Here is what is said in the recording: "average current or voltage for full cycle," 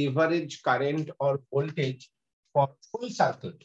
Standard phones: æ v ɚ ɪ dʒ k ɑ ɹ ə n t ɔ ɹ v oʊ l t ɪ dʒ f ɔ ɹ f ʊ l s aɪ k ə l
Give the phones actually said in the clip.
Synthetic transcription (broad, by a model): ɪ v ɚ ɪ dʒ k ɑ ɹ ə n t ɔ ɹ b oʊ l t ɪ dʒ f ɔ ɹ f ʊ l s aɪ k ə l